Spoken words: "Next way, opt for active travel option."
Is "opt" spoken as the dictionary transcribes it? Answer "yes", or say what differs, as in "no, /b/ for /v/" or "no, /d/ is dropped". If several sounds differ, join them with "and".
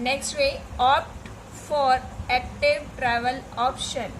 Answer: yes